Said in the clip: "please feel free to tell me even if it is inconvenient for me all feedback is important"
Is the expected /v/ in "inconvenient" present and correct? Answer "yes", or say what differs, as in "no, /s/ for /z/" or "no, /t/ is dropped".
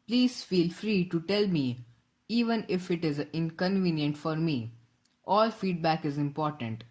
yes